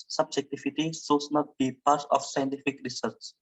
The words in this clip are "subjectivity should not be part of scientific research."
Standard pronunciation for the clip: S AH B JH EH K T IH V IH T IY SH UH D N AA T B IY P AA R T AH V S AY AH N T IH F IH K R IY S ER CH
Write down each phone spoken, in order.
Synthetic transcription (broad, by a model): S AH B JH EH K T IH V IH T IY S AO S N AA T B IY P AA R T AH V S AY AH N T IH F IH K R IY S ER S